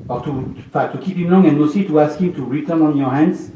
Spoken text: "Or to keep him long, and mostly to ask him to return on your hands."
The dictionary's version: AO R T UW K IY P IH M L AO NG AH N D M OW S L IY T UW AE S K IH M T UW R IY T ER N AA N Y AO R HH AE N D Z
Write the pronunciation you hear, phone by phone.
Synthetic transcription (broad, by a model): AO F T UW K IY P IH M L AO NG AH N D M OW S IY T UW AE S K IH M T UW R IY T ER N AA N Y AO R HH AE N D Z